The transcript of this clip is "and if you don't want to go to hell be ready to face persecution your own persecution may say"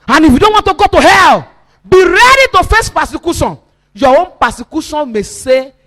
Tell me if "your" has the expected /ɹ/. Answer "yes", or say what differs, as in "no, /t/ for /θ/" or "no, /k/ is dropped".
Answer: no, /w/ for /ɹ/